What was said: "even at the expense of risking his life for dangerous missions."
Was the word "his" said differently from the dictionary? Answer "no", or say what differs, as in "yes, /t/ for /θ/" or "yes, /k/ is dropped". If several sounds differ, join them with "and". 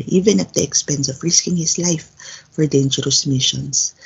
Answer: yes, /s/ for /z/